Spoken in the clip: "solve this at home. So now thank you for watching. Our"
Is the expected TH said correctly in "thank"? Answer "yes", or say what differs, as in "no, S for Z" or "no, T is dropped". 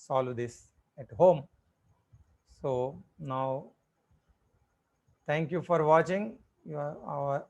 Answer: no, T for TH